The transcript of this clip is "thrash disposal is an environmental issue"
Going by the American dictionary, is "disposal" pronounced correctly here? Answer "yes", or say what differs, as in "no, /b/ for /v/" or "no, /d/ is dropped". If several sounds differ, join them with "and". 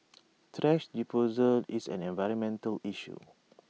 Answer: no, /s/ is dropped